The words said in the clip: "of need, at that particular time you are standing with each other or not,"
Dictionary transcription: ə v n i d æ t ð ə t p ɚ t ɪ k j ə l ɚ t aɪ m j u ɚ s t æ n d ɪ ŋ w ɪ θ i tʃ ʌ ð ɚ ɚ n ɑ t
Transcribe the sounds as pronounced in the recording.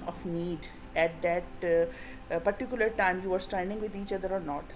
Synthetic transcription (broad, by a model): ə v n i d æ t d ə t p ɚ t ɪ k j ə l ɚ t aɪ m j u ɚ s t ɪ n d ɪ ŋ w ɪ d i tʃ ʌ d ɚ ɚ n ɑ t